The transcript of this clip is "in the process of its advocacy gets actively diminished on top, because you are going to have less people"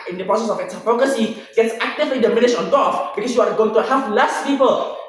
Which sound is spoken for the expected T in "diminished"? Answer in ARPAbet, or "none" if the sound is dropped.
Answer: none